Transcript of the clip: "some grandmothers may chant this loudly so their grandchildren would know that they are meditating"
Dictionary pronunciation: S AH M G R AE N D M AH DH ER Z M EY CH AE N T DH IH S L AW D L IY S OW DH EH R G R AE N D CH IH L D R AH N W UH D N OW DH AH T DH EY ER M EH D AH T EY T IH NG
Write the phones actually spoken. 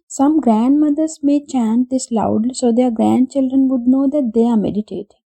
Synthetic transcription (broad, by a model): S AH M G R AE N D M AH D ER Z M EY CH AE N T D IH S L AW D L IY S OW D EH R G R AE N D CH IH L D R AH N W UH D N OW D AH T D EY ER M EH D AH T EY T